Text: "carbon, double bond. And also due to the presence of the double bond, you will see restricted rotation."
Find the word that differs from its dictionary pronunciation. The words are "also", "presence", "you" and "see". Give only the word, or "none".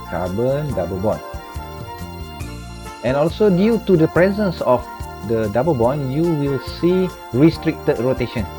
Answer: none